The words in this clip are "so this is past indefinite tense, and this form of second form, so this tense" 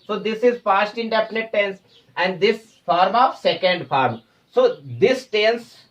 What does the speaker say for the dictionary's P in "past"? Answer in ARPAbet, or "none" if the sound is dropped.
F